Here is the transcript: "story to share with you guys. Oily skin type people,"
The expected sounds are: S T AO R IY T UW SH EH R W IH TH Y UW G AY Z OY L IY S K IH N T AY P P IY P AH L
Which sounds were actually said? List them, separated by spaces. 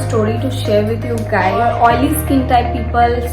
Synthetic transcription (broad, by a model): S T AO R IY T UW SH EH R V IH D Y UW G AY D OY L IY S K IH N T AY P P IY P AH L